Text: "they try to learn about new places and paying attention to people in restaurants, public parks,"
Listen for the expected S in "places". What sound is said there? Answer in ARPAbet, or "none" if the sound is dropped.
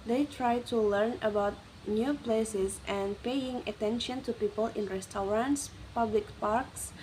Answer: S